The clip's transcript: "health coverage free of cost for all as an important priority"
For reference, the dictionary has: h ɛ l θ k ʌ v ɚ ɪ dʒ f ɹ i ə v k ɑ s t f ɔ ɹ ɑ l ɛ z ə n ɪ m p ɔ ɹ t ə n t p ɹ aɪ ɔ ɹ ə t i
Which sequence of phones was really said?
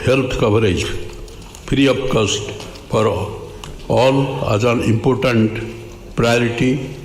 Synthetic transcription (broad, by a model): h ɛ l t k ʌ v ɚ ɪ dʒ p ɹ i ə p k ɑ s t p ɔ ɹ ɑ l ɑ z ə n ɪ m p ɔ ɹ t ə n t p ɹ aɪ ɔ ɹ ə t i